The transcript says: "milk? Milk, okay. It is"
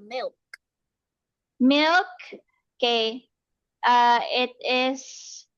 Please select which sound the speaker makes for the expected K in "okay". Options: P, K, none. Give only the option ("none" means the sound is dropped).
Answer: none